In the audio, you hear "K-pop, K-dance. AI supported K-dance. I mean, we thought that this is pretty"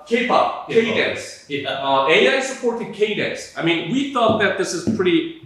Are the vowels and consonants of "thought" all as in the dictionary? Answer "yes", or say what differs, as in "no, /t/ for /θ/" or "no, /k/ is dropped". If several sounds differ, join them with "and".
yes